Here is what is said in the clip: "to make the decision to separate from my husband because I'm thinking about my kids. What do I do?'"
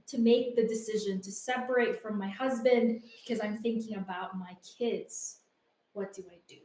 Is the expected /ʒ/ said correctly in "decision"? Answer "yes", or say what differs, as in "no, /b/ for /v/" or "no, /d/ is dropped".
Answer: yes